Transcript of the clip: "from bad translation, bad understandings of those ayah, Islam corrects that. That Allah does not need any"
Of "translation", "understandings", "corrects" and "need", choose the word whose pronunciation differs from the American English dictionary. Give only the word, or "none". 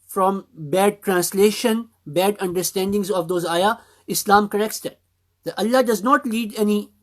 need